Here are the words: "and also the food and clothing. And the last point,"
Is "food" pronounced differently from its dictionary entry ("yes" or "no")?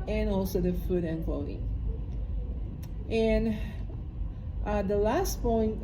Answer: no